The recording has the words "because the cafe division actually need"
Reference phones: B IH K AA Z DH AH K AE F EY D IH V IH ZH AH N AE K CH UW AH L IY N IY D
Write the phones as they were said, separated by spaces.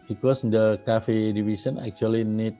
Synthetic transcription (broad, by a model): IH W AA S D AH K AE F EY D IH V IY S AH N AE K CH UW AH L IY N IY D